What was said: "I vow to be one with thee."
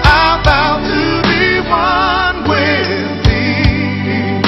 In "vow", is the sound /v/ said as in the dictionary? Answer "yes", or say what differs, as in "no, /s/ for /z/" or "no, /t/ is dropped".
no, /b/ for /v/